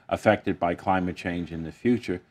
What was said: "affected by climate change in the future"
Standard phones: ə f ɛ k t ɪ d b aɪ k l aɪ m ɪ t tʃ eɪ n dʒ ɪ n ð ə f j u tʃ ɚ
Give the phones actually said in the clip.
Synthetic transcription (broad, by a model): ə f ɛ k t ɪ d b aɪ k l aɪ m ɪ t tʃ eɪ n dʒ ɪ n ð ə f j u tʃ ɚ